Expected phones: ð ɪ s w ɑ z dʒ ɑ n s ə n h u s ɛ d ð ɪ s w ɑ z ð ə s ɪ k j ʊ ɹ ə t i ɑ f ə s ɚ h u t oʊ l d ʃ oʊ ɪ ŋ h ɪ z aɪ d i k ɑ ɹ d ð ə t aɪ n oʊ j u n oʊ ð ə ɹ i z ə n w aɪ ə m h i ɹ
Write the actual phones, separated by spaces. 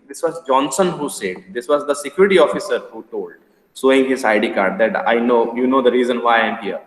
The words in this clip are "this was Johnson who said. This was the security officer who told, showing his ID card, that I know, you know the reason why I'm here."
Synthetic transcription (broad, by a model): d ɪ s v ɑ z dʒ ɑ n s ə n h u s ɛ d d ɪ s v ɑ z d ə s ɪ k j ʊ ɹ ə t i ɑ f ə s ɚ h u t oʊ l d s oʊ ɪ ŋ h ɪ z aɪ d i k ɑ ɹ d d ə t aɪ n oʊ j u n oʊ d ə ɹ i z ə n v aɪ ə m h i ɹ